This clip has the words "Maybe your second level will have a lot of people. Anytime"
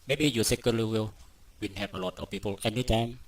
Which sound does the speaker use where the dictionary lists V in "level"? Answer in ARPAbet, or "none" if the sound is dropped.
W